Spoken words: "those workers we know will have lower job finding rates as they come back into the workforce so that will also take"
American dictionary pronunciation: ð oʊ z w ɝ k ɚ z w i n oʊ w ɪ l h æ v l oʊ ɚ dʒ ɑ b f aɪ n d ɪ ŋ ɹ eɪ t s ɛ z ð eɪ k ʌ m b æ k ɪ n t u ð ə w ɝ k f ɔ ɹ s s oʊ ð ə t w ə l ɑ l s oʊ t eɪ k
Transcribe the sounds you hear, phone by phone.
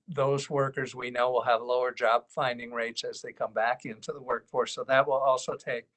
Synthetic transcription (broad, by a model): ð oʊ z w ɝ k ɚ z w i n oʊ w ɪ l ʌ v l oʊ ɚ dʒ ɑ b f aɪ n d ɪ ŋ ɹ eɪ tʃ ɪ z ð eɪ k ʌ m b æ k ɪ n t u ð ə w ɝ k f ɔ ɹ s s oʊ ð ə t w ə l ɑ l s oʊ t eɪ k